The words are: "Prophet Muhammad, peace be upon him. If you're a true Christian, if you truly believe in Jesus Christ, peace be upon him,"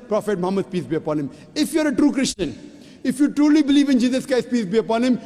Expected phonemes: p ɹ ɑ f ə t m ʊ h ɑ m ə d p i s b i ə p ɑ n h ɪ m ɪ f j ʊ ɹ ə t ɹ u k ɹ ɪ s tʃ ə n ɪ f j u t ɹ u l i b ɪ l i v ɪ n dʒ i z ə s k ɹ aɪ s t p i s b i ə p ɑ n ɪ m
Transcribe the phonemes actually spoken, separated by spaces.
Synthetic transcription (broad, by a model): p ɹ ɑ f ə t m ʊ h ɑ m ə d p i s b i ə p ɑ n h ɪ m ɪ f j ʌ ɹ ə t ɹ u k ɹ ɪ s tʃ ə n ɪ f j u t ɹ u l i b ɪ l i v ɪ n dʒ i z ə s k aɪ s p i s b i ə p ɑ n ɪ m